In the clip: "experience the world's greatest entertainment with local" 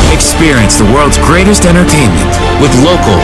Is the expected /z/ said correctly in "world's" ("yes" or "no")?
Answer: yes